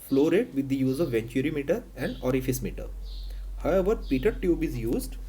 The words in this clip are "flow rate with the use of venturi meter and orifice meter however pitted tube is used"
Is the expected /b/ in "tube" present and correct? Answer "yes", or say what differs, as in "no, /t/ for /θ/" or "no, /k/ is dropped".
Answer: yes